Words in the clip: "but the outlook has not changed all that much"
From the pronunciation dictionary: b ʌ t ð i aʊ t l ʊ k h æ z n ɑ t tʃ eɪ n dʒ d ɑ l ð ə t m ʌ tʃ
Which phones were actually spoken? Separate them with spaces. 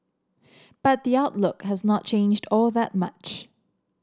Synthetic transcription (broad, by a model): b ʌ t ð i aʊ t l ʊ k h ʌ z n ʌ t tʃ eɪ n dʒ d ɑ l ð ə t m ʌ tʃ